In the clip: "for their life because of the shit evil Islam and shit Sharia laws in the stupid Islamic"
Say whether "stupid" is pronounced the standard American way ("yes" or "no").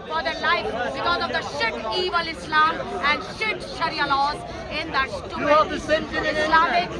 no